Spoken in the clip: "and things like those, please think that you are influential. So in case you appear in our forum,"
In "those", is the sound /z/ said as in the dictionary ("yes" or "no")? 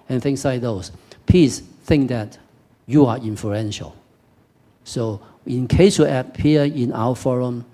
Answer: no